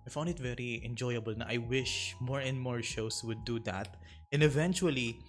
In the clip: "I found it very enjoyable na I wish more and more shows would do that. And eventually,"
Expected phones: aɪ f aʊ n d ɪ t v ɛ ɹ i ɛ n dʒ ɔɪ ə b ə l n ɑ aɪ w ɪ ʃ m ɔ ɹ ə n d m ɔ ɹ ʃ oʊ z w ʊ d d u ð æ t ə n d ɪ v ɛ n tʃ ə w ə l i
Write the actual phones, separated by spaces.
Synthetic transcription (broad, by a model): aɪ f aʊ n d ɪ t v ɛ ɹ i ɛ n dʒ ɔɪ ə b ə l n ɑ aɪ w ɪ ʃ m ɔ ɹ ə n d m ɔ ɹ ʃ oʊ s w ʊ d d u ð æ t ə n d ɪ v ɛ n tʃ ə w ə l i